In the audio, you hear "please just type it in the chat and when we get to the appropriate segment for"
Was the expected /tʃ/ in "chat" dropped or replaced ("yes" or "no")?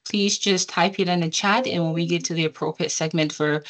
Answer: no